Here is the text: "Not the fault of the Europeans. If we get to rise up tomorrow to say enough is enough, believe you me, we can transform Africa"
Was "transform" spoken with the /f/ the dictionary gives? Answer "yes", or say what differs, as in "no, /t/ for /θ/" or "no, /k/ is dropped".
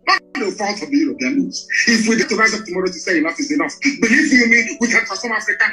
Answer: no, /f/ is dropped